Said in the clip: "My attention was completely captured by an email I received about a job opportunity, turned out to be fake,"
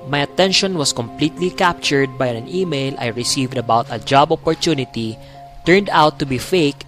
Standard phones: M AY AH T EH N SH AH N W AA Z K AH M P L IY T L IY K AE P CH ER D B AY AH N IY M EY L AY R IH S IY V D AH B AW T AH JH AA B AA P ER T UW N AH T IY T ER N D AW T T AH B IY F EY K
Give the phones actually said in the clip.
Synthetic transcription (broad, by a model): M AY AH T EH N SH AH N W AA S K AH M P L IY T L IY K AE P CH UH D B AY AH N IY M EY L AY R IH S IY V D AH B AW T AH JH AA B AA P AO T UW N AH T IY T ER N D AW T T AH B IY F EY K